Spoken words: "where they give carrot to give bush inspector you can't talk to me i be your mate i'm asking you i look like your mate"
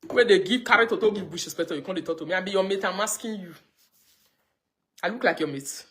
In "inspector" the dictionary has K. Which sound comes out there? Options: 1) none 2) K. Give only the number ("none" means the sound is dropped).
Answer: 1